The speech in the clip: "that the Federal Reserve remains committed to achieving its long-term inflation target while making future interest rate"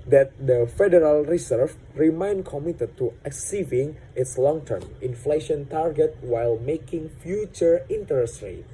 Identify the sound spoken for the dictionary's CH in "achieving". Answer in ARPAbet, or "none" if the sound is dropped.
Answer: S